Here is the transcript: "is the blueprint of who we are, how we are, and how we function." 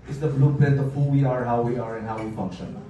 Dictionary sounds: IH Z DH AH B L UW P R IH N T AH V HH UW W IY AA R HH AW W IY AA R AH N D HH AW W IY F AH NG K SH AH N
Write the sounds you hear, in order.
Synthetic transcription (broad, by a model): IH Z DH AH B L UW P IH T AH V HH UW W IY AA R HH AW W IY AA R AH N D HH AW W IY F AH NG K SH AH N